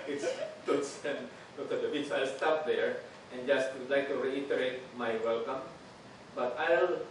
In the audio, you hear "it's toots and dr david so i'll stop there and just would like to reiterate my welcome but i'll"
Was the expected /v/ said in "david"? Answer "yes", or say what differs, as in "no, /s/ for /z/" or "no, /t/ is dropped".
no, /b/ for /v/